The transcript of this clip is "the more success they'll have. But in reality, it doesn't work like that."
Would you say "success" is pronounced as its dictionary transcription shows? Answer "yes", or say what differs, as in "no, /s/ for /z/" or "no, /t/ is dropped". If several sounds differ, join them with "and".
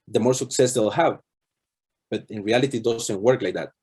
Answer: yes